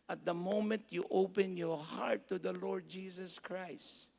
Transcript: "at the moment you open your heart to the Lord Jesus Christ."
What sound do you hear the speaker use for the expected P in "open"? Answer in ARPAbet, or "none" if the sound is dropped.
P